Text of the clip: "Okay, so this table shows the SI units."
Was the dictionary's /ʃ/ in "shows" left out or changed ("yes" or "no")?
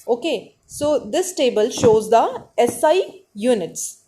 no